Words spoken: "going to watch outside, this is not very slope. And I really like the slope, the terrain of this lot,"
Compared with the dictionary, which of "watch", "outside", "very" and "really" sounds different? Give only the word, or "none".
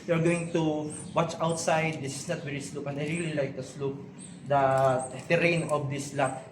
very